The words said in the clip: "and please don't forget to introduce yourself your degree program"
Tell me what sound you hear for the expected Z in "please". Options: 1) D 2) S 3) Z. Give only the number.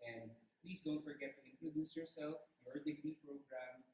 2